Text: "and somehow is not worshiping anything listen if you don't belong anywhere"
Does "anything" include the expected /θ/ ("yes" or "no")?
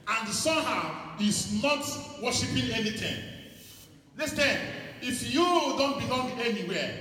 no